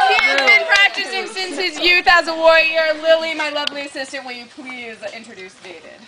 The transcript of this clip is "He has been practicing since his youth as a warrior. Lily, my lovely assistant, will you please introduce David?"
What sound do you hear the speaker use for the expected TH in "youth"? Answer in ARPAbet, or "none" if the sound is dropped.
TH